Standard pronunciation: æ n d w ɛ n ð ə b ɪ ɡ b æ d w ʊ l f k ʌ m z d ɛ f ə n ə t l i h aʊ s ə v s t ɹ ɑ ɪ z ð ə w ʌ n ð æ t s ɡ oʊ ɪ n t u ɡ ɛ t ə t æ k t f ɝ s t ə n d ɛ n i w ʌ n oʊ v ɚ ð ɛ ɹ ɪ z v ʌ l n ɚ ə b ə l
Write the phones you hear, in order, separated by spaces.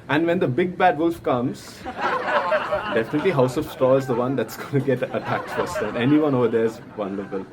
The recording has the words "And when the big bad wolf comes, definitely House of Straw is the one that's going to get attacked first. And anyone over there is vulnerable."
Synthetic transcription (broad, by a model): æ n d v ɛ n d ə b ɪ ɡ b æ d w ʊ l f k ʌ m z d ɛ f ə n ə t l i h aʊ s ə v s t ɑ ɪ z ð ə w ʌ n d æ t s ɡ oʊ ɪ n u ɡ ɛ t ə t æ k t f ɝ s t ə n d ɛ n i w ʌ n oʊ v ɚ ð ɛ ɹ ɪ z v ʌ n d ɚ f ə l